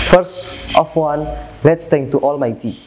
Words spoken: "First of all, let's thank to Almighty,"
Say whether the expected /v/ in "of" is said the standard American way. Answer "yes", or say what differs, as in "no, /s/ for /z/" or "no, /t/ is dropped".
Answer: no, /w/ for /v/